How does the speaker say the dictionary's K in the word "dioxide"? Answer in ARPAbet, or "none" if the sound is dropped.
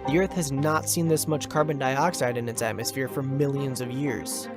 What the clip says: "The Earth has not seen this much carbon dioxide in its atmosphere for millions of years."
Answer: K